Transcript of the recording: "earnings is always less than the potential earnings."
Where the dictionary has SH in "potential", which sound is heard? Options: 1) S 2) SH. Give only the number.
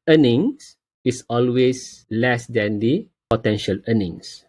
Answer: 2